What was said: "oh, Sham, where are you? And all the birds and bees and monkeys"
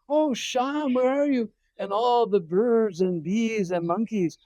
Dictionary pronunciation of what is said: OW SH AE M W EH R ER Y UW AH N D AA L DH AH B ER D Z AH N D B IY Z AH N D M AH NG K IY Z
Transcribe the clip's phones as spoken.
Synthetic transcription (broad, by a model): OW SH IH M W EH R ER Y UW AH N AA L DH AH B ER D Z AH N B IY Z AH N M AH NG K IY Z